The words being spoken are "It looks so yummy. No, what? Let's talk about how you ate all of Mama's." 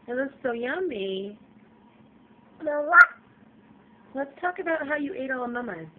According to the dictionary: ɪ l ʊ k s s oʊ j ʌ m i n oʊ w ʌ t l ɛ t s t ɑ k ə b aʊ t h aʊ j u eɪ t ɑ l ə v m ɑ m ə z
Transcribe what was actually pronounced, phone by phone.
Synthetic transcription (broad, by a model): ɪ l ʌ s s oʊ j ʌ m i l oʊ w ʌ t l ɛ t s t ɑ k ə b aʊ t h aʊ j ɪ eɪ t ɑ l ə m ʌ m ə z